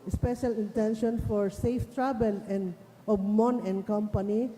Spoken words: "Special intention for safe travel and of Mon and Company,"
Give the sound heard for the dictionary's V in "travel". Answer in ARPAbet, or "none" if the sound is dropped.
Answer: B